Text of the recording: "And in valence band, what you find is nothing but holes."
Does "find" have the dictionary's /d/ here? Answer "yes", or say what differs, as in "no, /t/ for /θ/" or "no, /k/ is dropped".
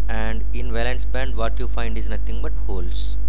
yes